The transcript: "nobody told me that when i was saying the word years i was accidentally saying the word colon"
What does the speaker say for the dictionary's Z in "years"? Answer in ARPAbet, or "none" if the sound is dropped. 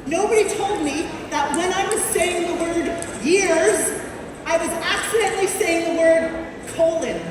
Z